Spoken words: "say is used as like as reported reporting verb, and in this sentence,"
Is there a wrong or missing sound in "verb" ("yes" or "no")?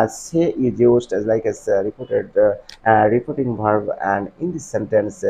yes